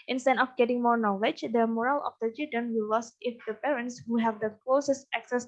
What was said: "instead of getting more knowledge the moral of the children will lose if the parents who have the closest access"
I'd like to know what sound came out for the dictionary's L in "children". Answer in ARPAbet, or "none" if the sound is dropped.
none